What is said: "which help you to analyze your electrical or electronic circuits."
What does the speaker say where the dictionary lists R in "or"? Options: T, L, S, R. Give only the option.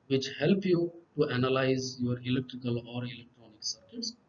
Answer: R